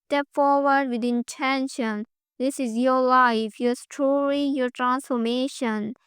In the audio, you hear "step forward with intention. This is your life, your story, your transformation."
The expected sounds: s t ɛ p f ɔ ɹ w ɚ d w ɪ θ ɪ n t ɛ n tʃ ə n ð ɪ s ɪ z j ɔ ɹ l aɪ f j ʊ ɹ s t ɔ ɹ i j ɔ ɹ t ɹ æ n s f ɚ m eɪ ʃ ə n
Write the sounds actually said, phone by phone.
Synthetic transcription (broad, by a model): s t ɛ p f ɔ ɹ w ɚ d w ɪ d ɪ n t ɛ n ʃ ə n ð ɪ s ɪ z j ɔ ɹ l aɪ f j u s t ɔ l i j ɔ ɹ t ɹ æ n s f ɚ m eɪ ʃ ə n